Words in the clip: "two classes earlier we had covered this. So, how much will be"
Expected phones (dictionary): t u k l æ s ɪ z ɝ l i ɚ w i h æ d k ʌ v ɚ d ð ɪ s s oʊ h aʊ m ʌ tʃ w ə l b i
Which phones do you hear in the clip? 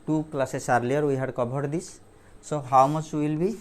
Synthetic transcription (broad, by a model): t u k l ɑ s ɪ s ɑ l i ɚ w i h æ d k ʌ b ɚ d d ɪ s s oʊ h aʊ m ʌ tʃ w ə l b i